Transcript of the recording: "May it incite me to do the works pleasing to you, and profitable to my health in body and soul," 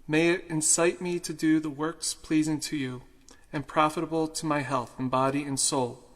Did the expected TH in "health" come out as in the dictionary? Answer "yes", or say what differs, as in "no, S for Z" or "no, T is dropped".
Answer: yes